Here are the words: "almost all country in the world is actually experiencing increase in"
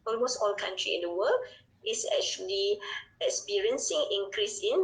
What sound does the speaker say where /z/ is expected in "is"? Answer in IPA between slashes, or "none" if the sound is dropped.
/s/